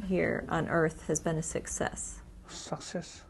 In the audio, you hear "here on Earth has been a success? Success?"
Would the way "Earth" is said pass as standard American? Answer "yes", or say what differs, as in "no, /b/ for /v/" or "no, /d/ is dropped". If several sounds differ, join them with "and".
yes